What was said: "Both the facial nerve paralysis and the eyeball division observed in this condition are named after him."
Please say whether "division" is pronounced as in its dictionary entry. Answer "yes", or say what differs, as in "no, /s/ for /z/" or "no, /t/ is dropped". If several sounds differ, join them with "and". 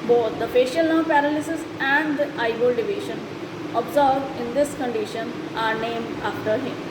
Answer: no, /ʃ/ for /ʒ/